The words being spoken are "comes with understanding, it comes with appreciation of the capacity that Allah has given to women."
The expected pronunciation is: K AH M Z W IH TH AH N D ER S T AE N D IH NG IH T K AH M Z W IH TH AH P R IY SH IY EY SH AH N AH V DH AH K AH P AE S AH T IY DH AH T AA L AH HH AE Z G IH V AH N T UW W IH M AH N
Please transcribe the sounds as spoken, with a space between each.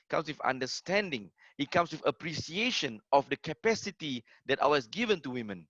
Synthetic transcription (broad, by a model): K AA M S W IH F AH N D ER S T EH N D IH NG IH T K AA M S W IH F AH P R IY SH IY EY SH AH N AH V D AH K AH P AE S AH T IY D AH T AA W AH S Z G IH V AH N T UW W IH M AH N